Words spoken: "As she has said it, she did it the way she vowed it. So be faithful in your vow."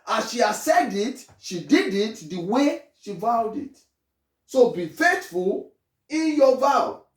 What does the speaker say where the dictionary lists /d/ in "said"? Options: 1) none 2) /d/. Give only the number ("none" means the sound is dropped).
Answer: 2